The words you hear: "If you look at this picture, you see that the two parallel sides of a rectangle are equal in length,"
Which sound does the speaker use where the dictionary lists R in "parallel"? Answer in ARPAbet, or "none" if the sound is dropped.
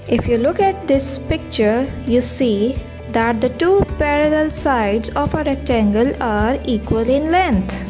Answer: R